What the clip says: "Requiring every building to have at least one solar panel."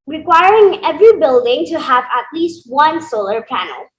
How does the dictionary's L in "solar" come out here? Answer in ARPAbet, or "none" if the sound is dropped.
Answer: L